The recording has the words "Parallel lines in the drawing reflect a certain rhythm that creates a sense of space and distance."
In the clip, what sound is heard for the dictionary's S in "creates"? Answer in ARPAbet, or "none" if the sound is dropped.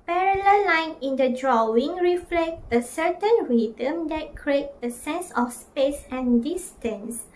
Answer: none